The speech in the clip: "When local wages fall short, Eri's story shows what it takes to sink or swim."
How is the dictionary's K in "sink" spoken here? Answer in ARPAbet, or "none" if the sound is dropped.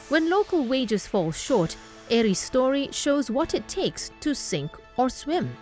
K